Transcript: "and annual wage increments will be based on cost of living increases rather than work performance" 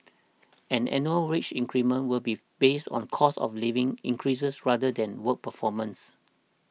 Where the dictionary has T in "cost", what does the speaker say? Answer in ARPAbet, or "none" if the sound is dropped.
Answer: none